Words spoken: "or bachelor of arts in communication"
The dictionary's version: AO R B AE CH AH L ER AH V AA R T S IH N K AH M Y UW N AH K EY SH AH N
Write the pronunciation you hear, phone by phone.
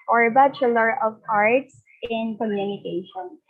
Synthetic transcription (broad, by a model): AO R B AE CH AH L ER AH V AA R T S IH N K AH M Y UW N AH K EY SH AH N